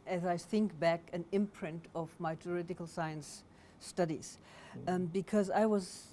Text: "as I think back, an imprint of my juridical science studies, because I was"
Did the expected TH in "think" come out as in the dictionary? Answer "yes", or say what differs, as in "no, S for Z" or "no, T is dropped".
yes